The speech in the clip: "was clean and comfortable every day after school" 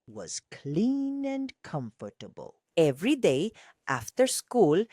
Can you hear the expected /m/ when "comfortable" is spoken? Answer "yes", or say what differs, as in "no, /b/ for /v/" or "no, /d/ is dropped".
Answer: yes